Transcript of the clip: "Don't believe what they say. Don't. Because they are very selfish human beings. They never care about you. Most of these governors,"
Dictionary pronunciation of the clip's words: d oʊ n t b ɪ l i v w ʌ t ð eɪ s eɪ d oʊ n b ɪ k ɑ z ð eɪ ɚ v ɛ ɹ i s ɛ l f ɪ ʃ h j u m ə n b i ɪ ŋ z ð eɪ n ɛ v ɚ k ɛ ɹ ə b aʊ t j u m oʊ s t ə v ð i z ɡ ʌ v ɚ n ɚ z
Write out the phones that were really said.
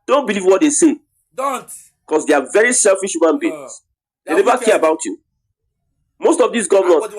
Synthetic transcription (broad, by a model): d oʊ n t b ɪ l i v w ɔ t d eɪ s eɪ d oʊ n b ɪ k ɑ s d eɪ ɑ v ɛ ɹ i s ɛ l f ɪ ʃ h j u m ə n b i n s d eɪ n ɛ v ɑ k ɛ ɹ ə b aʊ t j u m oʊ s t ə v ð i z ɡ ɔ v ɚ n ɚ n